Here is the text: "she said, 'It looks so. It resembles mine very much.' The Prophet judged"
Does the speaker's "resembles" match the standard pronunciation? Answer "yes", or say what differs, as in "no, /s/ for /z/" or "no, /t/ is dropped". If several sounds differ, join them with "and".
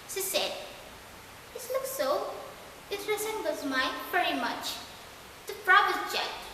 no, /l/ is dropped